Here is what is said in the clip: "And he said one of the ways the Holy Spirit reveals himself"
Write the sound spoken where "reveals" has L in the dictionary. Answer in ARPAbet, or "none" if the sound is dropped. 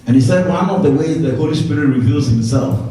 L